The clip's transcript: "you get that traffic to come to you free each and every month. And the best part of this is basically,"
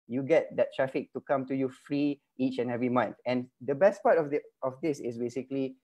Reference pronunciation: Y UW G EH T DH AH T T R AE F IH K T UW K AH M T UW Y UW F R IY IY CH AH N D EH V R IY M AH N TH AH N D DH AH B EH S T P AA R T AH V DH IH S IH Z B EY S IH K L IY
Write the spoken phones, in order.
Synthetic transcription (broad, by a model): Y UW G EH T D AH T T R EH F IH K T UW K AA M T UW Y UW F R IY IY CH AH N EH V R IY M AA N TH AH N D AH B EH S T P AA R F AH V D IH S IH S B EY S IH K L IY